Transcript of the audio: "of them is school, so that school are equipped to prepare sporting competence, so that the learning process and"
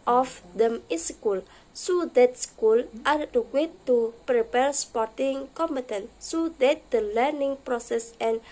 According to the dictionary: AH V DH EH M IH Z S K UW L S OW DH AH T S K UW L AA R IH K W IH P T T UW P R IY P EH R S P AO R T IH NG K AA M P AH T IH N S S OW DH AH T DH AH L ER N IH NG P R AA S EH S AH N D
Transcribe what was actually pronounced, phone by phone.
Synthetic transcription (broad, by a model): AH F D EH M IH S K UW L S OW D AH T S K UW L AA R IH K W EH T T UW P R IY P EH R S P AO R T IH NG K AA M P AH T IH N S S OW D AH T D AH L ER N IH NG P R AA S EH S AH N